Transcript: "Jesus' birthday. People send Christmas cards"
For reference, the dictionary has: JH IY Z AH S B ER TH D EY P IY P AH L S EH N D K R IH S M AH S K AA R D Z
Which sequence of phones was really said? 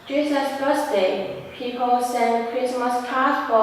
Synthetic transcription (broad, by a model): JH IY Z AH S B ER S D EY P IY P AH L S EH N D K R IH S M AH S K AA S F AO